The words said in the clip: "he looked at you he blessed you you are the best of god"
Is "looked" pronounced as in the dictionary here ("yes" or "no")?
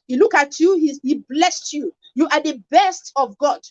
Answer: no